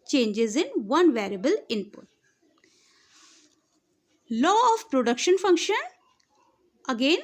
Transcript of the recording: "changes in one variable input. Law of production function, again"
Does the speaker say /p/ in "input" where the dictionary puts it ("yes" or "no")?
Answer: yes